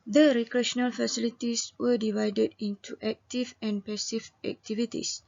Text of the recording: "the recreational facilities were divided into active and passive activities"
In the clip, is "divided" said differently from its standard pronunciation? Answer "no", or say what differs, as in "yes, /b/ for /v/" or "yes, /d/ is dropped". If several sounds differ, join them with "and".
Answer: no